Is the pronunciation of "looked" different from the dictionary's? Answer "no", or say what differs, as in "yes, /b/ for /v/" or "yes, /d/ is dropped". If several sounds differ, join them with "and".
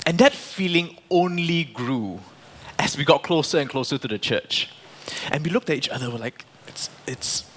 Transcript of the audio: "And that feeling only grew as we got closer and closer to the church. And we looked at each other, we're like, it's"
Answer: no